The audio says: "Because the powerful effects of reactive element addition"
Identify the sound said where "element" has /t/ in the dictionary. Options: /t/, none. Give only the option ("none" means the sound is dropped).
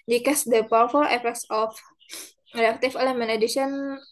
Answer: none